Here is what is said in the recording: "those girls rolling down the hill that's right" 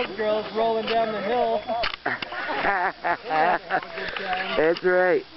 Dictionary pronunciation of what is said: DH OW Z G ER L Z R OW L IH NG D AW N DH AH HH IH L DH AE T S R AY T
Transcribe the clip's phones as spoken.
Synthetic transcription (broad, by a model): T G ER L Z R OW L IH NG D AW N DH AH HH IH L DH AE T S R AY T